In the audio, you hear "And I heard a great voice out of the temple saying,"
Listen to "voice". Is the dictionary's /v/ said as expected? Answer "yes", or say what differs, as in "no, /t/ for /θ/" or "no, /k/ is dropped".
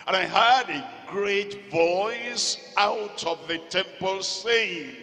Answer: yes